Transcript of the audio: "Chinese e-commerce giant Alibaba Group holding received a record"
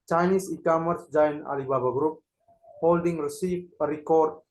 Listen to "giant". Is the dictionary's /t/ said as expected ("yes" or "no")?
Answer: no